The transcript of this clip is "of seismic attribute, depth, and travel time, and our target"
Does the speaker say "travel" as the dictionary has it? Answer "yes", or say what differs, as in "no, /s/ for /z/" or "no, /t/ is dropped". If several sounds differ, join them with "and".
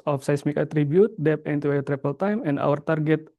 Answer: no, /p/ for /v/